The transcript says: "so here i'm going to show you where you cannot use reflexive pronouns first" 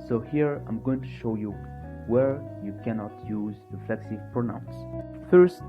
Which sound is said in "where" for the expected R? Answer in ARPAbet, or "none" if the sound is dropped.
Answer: R